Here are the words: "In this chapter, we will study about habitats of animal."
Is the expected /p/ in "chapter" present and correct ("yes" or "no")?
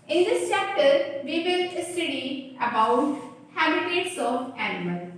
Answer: yes